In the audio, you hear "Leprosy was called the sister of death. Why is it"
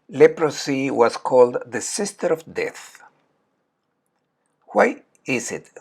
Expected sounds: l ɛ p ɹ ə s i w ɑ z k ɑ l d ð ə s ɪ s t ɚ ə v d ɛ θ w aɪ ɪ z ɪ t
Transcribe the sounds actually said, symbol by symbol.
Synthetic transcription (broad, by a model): l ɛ p ɹ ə s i w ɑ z k ɑ l d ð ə s ɪ s t ɚ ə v d ɛ θ w aɪ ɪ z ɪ t